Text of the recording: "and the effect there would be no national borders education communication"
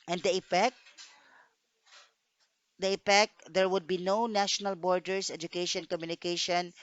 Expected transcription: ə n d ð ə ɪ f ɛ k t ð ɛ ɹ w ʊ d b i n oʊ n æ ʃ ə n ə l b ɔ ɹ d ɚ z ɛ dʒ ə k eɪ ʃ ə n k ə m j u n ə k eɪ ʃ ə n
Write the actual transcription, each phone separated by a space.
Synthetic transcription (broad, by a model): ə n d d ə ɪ p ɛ k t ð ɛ ɹ w ʊ d b i n oʊ n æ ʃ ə n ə l b ɔ ɹ d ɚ s ɛ dʒ ə k eɪ ʃ ə n k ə m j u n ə k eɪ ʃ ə n